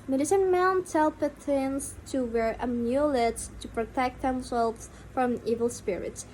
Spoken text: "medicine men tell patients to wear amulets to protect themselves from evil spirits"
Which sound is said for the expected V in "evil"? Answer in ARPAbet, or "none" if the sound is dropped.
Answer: V